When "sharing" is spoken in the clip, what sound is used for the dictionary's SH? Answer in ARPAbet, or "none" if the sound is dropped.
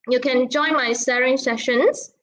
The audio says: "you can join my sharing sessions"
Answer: S